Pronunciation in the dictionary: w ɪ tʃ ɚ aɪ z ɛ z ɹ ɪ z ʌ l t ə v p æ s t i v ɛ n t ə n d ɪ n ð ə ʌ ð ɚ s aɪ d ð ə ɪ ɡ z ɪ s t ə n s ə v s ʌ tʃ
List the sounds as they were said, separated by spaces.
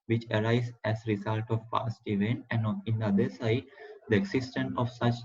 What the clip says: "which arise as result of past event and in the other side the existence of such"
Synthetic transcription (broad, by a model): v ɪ tʃ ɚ aɪ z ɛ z ɹ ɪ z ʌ l t ə v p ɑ s t i v ɛ n t ə n d ɪ n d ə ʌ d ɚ s aɪ d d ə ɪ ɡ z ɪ s t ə n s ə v s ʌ tʃ